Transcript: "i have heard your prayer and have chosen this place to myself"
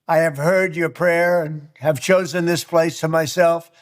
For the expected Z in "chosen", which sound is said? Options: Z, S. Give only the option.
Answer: Z